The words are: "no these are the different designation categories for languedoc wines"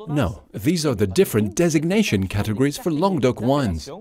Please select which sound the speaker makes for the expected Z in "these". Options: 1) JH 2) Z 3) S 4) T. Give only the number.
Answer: 2